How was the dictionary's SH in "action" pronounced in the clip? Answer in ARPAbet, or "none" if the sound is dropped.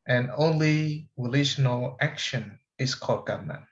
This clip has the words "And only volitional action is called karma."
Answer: SH